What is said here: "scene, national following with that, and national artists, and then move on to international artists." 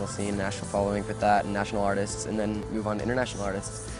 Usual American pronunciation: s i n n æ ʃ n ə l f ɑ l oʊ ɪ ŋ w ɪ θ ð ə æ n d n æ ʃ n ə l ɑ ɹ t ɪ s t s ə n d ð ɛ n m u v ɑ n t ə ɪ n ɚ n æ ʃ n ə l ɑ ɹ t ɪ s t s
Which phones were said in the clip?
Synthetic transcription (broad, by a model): s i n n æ ʃ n l f ɑ l oʊ ɪ ŋ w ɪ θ ð ə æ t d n æ ʃ n l ɑ ɹ t ɪ s t s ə n ð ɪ n m u v n ɪ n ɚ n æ ʃ n l ɑ ɹ t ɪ s t s